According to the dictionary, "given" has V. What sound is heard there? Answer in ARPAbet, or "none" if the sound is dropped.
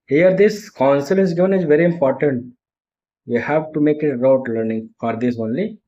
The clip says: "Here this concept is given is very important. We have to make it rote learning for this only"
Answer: V